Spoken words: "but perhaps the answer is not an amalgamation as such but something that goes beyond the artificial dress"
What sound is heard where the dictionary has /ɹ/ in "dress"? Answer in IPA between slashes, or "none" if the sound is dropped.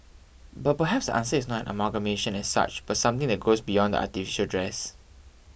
/ɹ/